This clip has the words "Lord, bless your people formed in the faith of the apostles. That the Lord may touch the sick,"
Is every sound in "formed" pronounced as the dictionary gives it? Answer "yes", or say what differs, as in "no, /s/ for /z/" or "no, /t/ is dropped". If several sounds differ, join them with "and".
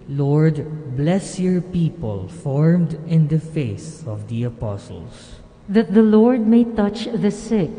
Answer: yes